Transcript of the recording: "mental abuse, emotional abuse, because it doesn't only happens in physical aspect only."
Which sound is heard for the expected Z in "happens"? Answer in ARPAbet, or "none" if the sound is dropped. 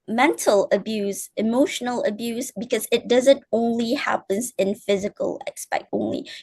Z